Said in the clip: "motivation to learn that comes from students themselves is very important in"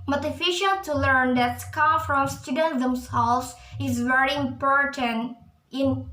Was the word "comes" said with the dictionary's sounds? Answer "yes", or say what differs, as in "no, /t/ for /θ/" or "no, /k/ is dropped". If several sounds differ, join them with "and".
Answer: no, /z/ is dropped